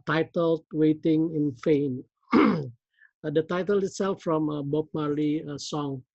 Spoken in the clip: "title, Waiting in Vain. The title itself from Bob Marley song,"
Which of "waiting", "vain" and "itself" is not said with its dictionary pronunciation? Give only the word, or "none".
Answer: vain